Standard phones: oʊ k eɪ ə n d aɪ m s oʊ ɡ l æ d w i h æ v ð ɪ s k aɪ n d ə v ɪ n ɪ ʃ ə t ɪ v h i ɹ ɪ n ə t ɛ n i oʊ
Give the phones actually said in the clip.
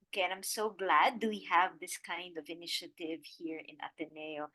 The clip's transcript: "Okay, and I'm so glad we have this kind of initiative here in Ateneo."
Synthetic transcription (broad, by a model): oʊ k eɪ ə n aɪ m s oʊ ɡ l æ d w i h æ v ð ɪ s k aɪ n d ə v ɪ n ɪ ʃ ə t ɪ v h i ɹ ɪ n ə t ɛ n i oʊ